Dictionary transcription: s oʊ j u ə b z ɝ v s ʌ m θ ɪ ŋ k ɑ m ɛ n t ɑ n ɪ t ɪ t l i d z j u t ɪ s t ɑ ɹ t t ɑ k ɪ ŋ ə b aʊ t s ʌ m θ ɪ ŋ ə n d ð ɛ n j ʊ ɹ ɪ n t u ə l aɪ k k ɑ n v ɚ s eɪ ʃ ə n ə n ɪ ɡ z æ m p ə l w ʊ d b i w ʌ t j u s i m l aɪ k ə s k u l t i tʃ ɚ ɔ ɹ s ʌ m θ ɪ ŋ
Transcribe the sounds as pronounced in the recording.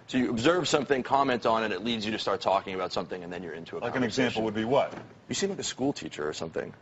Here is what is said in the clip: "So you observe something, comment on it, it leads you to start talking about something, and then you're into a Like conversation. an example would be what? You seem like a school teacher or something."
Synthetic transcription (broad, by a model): s oʊ j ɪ ə b z ɝ v s ʌ m θ ɪ ŋ k ɑ m ɛ n t n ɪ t ɪ t l i d z j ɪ t ɪ s t ɑ ɹ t t ɑ k ɪ ŋ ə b aʊ t s ʌ m θ ɪ ŋ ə n ð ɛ n j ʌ ɹ ɪ n t u ə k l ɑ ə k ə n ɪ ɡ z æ m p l w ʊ d b i w ʌ t j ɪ s i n l aɪ k ə s k u l t i tʃ ɚ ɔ ɹ s ʌ m θ ɪ ŋ